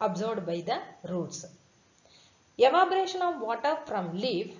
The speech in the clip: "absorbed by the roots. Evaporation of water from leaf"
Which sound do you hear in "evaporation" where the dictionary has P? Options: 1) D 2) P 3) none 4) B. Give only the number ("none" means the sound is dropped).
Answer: 4